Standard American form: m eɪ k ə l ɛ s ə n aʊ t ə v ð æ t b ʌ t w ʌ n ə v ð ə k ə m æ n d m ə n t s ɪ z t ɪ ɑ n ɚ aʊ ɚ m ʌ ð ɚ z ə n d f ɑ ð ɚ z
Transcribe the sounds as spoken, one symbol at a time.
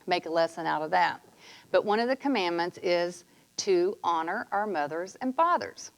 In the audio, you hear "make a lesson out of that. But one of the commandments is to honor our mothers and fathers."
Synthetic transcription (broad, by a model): m eɪ k ə l ɛ s ə n aʊ t ə v ð æ t b ʌ t w ʌ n ə v ð ə k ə m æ n m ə n t s ɪ z t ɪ ɑ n ɚ aʊ ɚ m ʌ ð ɚ z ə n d f ɑ ð ɚ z